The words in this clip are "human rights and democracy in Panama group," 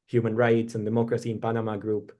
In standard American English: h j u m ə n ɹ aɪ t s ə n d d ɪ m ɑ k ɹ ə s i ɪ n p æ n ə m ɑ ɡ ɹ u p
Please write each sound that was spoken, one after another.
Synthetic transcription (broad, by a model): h j u m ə n ɹ aɪ t s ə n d d ɪ m ɑ k ɹ ə s i ɪ n p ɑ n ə m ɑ ɡ ɹ u p